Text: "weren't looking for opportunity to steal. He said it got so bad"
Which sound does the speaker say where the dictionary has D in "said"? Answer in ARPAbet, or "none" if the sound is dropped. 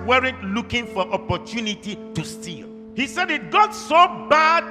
D